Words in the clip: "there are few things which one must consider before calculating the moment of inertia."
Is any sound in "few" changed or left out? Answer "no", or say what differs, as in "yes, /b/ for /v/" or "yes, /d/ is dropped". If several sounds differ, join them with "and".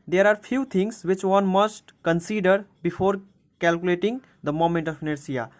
yes, /p/ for /f/